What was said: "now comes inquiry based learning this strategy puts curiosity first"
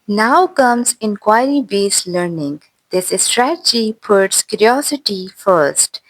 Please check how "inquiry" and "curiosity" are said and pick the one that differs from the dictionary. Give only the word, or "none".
none